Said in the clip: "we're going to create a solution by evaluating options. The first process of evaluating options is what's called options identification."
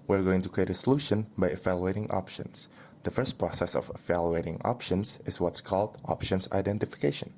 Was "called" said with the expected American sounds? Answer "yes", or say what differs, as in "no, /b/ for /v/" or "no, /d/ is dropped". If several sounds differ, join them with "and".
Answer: yes